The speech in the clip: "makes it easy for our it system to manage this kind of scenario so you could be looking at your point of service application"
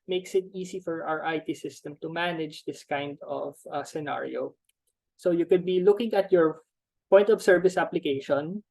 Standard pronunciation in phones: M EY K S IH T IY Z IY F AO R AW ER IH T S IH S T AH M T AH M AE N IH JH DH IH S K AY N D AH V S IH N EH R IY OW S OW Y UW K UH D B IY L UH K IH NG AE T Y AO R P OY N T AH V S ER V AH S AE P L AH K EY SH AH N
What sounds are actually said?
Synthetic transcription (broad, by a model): M EY K S IH T IY S IY F AO R AW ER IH T S IH S T AH M T AH M AE N IH JH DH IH S K AY N D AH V S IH N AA R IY OW S OW Y UW K UH D B IY L UH K IH NG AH T Y AO R P OY N T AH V S ER V AH S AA P L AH K EY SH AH N